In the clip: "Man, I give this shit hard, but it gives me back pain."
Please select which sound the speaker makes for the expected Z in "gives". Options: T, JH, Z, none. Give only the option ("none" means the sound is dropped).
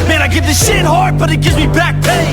Z